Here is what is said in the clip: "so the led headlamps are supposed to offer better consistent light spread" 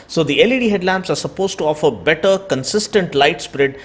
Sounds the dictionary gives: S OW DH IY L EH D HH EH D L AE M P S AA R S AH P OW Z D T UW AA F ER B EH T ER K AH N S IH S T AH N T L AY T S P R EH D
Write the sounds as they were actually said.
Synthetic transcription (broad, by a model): S OW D IY L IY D HH EH D L AE M P S AA R S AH P OW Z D T UW AA F ER B EH T ER K AH N S IH S T AH N T L AY T S P R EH D